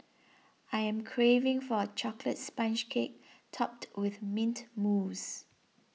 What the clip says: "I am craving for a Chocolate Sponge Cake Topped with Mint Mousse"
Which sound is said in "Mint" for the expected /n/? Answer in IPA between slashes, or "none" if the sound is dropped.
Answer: /n/